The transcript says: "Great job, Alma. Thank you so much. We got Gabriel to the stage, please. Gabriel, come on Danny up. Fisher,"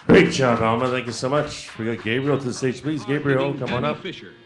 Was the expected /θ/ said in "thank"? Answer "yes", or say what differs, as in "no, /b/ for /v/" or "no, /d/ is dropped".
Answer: yes